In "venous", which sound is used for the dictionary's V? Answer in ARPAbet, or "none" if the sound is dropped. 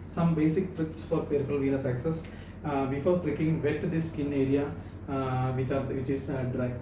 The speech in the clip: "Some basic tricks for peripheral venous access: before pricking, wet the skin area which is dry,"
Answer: V